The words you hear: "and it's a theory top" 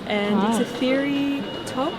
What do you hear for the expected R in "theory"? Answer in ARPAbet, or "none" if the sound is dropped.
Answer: R